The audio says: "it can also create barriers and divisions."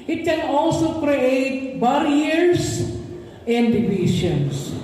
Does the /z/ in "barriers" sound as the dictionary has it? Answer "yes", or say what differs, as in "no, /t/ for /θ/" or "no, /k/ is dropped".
no, /s/ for /z/